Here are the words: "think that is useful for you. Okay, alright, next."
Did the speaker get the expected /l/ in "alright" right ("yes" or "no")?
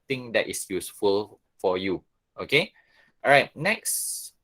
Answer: no